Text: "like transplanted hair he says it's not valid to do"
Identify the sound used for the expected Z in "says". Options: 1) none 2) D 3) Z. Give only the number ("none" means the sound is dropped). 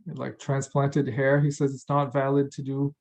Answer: 3